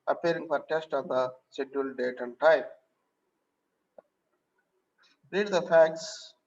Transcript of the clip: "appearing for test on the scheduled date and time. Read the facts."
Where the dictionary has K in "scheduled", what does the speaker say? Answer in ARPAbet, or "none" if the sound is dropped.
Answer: none